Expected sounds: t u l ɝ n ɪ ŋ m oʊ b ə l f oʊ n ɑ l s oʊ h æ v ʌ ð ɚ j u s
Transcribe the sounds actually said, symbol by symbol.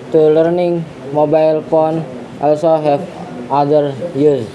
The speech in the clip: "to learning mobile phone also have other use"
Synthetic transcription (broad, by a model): t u l ɝ n ɪ ŋ m oʊ b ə l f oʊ n ɑ l s oʊ h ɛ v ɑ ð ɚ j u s